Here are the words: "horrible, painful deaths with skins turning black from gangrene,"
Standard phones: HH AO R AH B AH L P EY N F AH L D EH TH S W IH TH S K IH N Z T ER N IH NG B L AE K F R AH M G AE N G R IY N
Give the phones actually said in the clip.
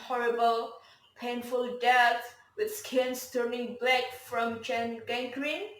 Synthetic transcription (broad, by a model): HH AO R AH B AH L P EY N F AH L D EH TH W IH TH S K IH N S T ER N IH NG B L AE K F R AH M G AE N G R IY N